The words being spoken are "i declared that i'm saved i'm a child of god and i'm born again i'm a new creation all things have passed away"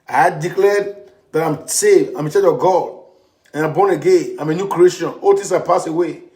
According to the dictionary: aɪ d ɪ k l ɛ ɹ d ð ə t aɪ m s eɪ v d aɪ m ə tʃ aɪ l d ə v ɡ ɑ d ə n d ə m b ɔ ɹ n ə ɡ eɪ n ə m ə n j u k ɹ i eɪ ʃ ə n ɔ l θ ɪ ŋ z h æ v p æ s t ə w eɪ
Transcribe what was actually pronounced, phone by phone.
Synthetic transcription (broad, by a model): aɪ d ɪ k l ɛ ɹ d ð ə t aɪ m s eɪ v d aɪ m ə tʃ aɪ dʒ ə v ɡ ɑ d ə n ə m b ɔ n ə ɡ eɪ n ə m ə n j u k ɹ i eɪ ʃ ə n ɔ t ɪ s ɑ p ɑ s ə w eɪ